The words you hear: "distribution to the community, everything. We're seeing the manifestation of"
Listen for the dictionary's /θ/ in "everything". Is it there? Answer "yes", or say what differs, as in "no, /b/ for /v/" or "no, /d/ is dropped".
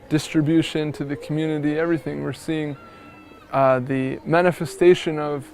yes